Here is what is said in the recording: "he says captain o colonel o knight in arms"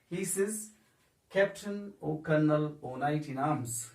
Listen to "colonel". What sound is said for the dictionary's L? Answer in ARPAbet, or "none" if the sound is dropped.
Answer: L